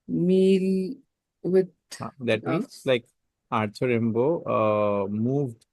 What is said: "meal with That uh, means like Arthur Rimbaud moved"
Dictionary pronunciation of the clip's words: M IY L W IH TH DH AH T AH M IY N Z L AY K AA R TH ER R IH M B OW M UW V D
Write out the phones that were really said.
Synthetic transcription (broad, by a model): M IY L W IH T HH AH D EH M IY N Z L AY K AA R T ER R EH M B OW M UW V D